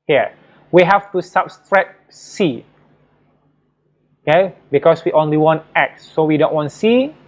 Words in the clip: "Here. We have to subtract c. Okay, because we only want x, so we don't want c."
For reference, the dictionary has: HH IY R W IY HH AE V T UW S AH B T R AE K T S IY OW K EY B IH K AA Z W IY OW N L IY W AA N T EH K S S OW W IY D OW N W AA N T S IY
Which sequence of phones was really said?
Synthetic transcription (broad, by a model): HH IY W IY HH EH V T UW S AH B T R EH T S IY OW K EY B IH K AA S W IY OW N L IY W AA N T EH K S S OW W IY D OW N W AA N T S IY